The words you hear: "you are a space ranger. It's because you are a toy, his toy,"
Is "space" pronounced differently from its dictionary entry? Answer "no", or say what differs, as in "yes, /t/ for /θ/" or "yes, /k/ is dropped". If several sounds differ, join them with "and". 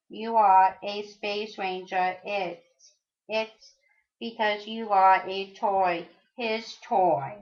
no